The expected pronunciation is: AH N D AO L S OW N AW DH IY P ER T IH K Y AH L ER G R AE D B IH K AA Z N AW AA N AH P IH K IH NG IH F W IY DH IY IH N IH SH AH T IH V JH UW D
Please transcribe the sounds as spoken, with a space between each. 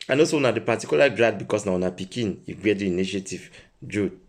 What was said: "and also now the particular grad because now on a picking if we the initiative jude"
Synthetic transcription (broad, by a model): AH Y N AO S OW N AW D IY P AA T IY K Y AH L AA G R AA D B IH K AA S N AW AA N AH P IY K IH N IH F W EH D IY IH N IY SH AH T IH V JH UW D